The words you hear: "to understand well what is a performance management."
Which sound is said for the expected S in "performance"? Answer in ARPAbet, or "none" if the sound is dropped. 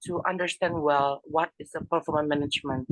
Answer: none